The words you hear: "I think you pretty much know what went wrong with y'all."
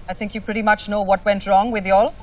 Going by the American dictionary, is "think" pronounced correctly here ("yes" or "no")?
yes